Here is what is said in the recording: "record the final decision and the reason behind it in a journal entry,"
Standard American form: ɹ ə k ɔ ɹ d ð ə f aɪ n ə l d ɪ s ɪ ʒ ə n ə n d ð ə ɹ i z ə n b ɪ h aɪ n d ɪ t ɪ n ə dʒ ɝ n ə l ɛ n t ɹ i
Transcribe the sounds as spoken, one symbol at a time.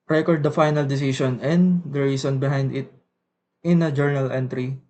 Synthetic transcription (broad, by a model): ɹ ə k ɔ ɹ d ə f aɪ n ə l d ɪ s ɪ s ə n ə n d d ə ɹ i s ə n b ɪ h aɪ n d ɪ t ɪ n ə dʒ ɝ n ə l ɛ n t ɹ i